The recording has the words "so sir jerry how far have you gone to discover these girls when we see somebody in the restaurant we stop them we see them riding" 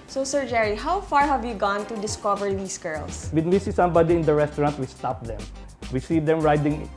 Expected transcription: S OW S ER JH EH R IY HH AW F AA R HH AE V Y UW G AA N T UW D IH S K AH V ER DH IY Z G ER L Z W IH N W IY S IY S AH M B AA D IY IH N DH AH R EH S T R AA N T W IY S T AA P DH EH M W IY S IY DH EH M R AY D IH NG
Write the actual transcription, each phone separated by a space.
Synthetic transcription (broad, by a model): S OW S ER JH EH R IY HH AW F AA R HH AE V Y UW G AA N T UW D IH S K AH V ER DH IY S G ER L S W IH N W IY S IY S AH M B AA D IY IH N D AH R EH S T R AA N T W IY S T AA P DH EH M W IY S IY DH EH M R AY D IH NG